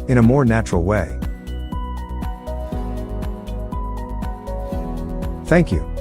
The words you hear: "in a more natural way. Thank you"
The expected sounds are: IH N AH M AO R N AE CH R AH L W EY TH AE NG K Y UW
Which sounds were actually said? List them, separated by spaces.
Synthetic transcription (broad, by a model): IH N AH M AO R N AE CH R L W EY TH AE NG K Y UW